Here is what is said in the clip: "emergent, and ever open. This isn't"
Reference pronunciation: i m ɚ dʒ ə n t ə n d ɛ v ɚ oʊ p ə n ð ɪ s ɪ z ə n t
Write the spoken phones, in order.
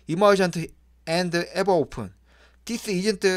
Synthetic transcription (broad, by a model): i m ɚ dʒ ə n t ə n d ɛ b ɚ oʊ p ə n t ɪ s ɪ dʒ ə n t